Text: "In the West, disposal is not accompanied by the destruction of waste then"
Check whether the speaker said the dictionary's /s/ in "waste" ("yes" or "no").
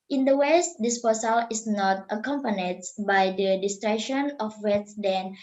no